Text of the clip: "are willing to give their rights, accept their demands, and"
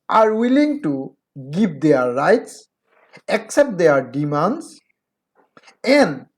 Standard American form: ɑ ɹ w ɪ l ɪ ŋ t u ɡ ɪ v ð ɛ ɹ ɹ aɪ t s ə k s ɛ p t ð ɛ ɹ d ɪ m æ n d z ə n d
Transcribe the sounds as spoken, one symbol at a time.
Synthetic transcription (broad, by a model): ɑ ɹ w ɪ l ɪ ŋ t u ɡ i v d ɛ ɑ ɹ aɪ t s ə k s ɛ p t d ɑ ɹ d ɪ m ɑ n d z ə n d